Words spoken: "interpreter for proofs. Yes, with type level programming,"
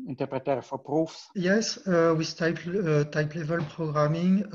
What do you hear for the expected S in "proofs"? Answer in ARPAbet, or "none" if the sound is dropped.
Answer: S